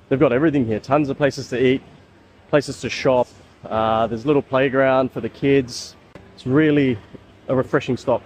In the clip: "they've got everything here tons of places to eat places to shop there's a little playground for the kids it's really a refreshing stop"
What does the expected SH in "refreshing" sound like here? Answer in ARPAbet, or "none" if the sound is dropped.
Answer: SH